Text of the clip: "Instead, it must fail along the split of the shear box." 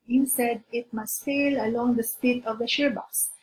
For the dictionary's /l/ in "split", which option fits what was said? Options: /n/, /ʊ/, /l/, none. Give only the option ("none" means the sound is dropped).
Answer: none